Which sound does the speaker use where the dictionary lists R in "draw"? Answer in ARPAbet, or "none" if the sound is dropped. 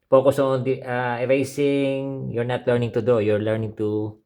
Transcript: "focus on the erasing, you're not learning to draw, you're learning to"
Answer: none